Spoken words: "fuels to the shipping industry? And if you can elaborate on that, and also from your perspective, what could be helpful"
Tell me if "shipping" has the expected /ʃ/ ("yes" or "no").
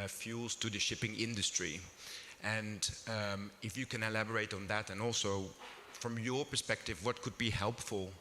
yes